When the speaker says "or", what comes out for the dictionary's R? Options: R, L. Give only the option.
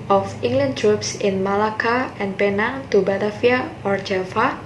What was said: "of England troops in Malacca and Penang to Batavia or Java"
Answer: R